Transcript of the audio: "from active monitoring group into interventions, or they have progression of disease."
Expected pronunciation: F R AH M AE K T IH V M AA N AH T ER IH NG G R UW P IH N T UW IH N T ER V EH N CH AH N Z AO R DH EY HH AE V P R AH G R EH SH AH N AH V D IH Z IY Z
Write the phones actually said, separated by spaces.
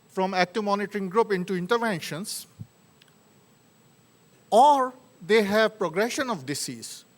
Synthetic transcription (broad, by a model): F R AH M AE K T IH V M AA N AH T ER IH NG G R UW P IH N T UW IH N T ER V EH N SH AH N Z AO R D EY HH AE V P R AH G R EH SH AH N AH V D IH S IY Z